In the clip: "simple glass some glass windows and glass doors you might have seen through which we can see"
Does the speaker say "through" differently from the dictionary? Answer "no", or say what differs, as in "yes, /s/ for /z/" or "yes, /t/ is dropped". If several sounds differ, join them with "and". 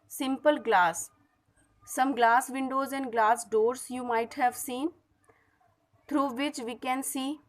yes, /t/ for /θ/